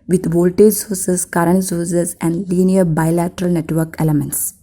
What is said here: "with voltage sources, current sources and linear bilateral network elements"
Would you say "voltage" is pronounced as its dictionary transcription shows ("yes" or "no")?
yes